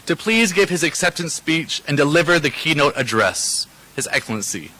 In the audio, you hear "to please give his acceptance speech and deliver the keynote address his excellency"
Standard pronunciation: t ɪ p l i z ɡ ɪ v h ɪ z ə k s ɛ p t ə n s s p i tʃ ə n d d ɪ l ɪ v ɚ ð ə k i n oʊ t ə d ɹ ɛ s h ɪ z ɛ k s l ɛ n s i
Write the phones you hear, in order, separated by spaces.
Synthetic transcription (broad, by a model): t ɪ p l i z ɡ ɪ v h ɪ z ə k s ɛ p t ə n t s p i tʃ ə n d d ɪ l ɪ v ɚ ð ə k i n oʊ t ə d ɹ ɛ s h ɪ z ɛ k s l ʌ n s i